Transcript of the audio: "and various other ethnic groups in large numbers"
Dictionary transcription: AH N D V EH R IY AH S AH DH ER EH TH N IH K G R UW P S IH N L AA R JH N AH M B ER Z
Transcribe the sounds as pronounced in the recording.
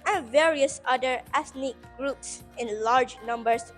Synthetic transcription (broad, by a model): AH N V EH R IY AH S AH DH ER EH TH N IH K G R UW P S IH N L AA R JH N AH M B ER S